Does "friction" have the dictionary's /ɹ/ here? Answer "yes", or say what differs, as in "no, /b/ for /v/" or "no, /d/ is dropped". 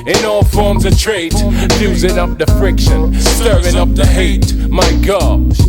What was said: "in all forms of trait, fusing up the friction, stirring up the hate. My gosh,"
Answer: yes